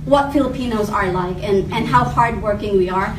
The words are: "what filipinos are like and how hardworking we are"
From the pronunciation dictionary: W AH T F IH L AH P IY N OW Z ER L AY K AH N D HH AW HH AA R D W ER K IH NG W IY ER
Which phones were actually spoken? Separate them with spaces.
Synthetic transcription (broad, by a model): W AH T F IH L AH P IY N OW Z ER L AY K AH N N HH AW HH AA R D W ER K IH NG W IY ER